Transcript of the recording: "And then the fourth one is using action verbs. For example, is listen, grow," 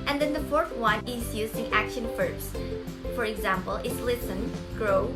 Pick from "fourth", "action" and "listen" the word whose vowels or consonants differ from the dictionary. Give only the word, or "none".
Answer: none